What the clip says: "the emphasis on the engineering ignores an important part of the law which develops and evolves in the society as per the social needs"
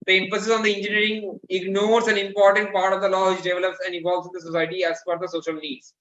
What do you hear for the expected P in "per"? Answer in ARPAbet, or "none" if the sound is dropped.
F